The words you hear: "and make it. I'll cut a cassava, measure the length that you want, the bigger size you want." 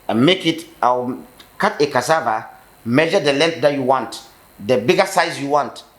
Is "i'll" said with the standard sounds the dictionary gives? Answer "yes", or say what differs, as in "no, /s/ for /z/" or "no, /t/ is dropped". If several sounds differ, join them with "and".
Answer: no, /w/ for /l/